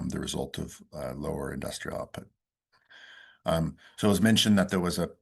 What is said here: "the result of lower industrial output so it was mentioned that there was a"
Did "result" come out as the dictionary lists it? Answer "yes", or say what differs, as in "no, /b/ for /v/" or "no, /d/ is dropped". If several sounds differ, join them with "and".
yes